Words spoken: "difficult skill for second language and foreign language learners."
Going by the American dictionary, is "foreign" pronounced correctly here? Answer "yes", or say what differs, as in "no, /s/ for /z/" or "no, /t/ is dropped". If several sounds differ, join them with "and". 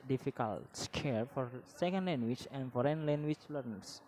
yes